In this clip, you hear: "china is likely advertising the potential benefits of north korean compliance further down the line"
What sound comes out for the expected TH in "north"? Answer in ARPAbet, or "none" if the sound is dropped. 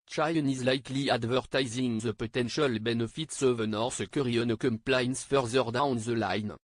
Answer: S